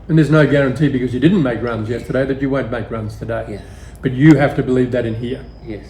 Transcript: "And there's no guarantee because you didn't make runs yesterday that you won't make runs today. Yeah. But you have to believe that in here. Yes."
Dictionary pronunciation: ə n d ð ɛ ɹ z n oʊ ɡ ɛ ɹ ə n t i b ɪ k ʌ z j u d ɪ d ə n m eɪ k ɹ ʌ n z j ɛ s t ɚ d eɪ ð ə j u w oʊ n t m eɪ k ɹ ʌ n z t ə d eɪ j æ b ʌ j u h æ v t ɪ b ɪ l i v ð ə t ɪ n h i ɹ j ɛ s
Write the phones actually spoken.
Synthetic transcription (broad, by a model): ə n ð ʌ ɹ z n oʊ ɡ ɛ ɹ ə n t i b ɪ k ʌ z j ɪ d ɪ d n m eɪ k ɹ ʌ n z j ɛ s t ɚ d eɪ ð ə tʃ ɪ w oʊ n m eɪ k ɹ ʌ n z t ə d eɪ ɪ b ʌ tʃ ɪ h æ f t ɪ b ɪ l i v ð ə t ɪ n h i ɹ j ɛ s